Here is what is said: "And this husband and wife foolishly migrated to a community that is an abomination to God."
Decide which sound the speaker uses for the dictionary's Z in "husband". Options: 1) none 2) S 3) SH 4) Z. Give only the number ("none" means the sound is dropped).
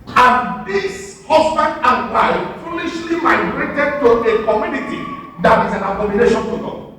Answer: 2